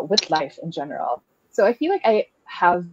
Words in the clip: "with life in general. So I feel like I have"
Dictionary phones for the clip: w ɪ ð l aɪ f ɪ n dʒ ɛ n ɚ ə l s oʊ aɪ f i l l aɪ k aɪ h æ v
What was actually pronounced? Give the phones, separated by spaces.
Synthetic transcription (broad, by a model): w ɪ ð l aɪ f ɪ n dʒ ɛ n ɚ l s oʊ aɪ f i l l aɪ k aɪ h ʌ v